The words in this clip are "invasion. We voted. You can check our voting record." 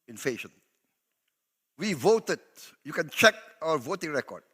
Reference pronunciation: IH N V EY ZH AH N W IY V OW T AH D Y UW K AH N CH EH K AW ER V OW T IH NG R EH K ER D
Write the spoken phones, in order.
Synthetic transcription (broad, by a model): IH N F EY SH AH N W IY V OW T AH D Y UW K AH N CH EH K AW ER V OW T IH NG R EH K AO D